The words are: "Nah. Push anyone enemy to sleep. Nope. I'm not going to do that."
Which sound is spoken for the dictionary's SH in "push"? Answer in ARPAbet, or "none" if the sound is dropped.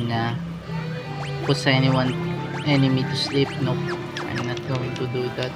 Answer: S